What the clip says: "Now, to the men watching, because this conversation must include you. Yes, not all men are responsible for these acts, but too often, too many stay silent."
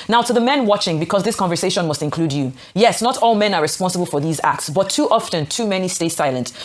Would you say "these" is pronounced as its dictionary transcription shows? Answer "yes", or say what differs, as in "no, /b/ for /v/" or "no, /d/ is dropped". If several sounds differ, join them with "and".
yes